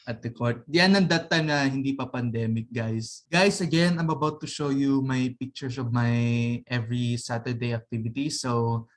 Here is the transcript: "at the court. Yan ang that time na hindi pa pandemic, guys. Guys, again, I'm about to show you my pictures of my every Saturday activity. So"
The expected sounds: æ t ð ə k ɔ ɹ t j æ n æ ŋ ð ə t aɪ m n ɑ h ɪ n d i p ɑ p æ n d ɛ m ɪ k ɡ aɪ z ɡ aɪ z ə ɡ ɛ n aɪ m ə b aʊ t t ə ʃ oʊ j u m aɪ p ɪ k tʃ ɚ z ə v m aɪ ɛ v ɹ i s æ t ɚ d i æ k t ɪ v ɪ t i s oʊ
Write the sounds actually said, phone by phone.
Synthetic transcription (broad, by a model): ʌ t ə k ɔ ɹ t j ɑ n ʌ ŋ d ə t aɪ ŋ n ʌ h ɪ n d i p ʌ p æ n d ɛ m ɪ k ɡ aɪ s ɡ aɪ s ə ɡ ɛ n aɪ m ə b aʊ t t ə ʃ oʊ j u m aɪ p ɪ k tʃ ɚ s ə v m aɪ ɛ v ɹ i s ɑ t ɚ d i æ k t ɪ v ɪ t i s oʊ